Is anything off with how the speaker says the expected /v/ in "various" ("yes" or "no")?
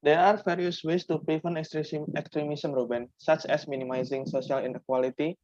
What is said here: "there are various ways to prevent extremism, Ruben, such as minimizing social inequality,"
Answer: yes